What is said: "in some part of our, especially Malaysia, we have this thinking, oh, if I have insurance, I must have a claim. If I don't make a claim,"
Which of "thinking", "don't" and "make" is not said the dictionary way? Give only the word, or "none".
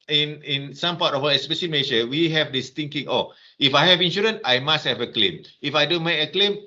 thinking